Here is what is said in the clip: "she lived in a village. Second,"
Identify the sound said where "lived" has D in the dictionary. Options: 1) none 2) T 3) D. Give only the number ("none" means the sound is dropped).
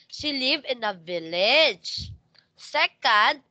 1